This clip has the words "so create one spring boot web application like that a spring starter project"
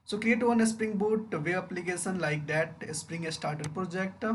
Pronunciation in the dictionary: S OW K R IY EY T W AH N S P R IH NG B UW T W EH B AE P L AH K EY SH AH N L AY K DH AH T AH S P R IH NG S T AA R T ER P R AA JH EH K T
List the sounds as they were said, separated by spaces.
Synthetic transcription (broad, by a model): S OW K L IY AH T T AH N S P R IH NG B UW T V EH AH P L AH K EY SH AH N L AY K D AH T AH S P R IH NG S T AA R T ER P R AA JH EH K T